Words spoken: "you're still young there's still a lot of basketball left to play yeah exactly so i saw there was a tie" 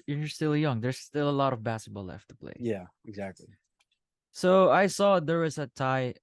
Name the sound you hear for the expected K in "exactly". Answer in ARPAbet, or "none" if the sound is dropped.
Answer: K